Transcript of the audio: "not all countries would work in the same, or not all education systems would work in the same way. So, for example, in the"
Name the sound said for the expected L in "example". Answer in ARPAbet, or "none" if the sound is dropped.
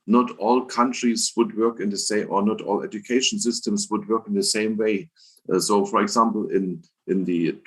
N